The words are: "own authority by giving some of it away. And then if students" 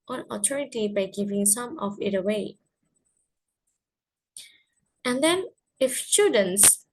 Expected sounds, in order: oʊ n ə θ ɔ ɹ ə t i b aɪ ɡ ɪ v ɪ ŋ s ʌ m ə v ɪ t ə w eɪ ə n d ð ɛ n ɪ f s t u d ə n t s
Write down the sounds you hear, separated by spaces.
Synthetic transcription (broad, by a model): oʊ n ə t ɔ ɹ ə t i b aɪ ɡ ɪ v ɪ ŋ s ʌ m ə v ɪ t ə w eɪ ə n d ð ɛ n ɪ f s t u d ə n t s